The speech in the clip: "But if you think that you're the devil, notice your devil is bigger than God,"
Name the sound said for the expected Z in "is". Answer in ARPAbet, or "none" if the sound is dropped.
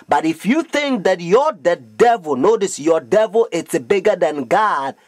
S